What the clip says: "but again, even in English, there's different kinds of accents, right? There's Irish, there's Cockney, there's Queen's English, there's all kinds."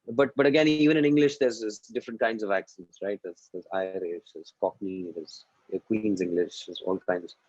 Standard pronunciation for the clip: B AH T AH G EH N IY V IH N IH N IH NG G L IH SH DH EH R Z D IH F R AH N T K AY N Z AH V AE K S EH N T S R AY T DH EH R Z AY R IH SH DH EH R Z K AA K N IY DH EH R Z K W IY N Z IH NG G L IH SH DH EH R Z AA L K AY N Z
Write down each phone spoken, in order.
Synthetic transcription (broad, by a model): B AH T AH G EH N IY V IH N IH N IH NG G L IH SH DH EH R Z D IH F R AH N T K AY N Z AH V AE K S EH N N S R AY T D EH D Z AY R IH SH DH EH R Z K AA K N IY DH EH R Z K W IY N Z IH NG G L IH SH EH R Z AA L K AY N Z